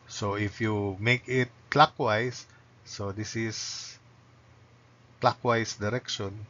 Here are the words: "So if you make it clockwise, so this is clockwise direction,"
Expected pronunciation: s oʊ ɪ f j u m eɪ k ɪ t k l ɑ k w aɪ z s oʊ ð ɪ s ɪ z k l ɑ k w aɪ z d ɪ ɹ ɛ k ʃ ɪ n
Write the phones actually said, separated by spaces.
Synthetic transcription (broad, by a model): s oʊ ɪ f j u m eɪ k ɪ t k l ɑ k w aɪ s oʊ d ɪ s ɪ s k l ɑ k w aɪ s d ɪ ɹ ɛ k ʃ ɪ n